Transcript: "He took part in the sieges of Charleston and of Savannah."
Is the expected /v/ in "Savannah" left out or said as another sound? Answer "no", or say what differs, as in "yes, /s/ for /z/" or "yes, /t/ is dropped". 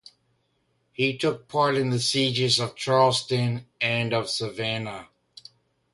no